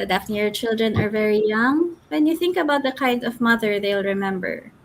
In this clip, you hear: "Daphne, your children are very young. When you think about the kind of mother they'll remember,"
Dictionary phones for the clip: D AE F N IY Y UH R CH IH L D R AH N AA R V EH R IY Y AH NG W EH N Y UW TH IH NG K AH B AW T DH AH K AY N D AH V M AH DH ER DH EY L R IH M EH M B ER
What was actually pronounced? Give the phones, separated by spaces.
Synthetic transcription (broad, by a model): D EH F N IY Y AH R CH IH L D R AH N AA R V EH R IY Y AH NG W EH N Y UW TH IH NG K AH B AW T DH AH K AY N D AH V M AH DH ER DH EY L R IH M EH M B ER